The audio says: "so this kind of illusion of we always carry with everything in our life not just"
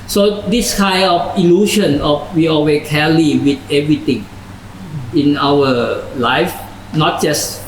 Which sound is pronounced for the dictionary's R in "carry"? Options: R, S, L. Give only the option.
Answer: L